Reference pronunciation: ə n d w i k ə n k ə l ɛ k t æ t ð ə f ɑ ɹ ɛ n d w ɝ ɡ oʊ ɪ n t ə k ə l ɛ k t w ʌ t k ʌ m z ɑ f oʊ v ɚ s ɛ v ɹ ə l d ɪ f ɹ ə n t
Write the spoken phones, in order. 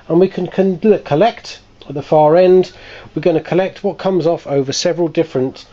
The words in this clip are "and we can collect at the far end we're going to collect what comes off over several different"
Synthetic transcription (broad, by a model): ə n w i k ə n k ə l ɛ k t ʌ t ð ə f ɑ ɹ ɛ n d w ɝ ɡ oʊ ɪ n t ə k ə l ɛ k t w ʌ t k ʌ m z ɑ f oʊ v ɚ s ɛ v ɹ ə l d ɪ f ɹ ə n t